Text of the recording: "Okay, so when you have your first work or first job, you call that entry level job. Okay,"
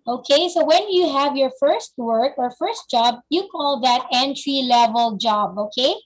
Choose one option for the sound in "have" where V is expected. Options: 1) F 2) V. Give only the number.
2